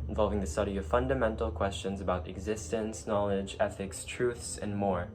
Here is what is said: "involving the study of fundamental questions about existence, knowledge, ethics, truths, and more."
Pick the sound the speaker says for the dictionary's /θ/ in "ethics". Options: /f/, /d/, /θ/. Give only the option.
/θ/